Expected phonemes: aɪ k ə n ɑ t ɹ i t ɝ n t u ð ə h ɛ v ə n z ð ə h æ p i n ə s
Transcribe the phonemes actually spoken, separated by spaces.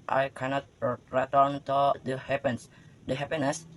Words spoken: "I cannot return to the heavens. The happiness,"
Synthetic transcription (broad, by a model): aɪ k ə n ɑ t ɹ i t ɝ n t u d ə h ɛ p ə n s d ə h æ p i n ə s